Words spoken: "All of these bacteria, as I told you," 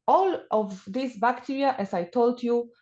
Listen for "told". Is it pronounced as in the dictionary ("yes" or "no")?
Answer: yes